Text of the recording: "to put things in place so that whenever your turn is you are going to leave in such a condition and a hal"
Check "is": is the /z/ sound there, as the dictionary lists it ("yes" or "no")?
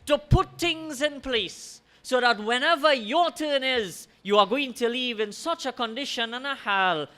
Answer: yes